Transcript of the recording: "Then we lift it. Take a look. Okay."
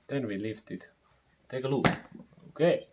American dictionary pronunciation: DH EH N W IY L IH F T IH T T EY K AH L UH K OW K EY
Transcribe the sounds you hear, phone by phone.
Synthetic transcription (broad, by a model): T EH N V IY L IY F T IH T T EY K AH L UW OW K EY